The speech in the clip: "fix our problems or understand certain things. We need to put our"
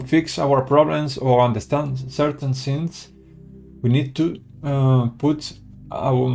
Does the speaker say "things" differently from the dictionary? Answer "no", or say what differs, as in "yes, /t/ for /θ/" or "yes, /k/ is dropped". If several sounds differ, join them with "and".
yes, /s/ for /θ/